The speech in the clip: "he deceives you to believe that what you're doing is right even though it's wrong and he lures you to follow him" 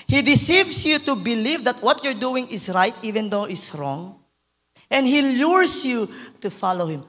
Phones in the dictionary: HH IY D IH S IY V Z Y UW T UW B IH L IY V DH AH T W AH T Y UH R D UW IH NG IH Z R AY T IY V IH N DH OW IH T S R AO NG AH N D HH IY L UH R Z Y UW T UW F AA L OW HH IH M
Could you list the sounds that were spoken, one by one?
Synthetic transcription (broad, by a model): HH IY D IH S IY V S Y UW T UW B IH L IY V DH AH T W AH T Y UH R D UW IH NG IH S R AY T IY V IH N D OW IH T S R AO NG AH N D HH IY L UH R S Y UW T UW F AA L OW HH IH M